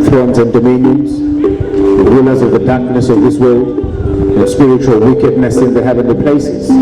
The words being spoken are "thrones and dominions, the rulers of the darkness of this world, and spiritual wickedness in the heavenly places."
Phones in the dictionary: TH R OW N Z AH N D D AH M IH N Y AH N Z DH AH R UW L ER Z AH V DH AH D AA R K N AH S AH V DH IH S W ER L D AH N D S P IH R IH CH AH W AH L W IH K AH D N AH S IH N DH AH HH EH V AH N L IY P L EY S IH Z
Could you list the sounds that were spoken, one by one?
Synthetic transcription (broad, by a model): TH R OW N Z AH N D D AH M IH N Y AH N Z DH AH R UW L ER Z AH V DH AH D AA R K N AH S AH V DH IH S W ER L D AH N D S P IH R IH CH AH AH L W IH K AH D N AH S IH N DH AH HH EH V AH N L IY P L EY S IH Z